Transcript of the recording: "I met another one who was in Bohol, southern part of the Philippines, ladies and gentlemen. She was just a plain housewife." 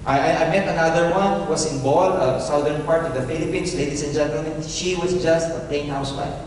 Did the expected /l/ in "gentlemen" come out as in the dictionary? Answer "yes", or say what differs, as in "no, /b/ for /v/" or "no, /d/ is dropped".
yes